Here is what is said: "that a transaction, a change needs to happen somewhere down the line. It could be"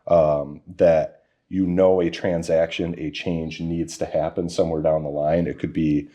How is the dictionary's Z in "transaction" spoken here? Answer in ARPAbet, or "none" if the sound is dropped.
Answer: Z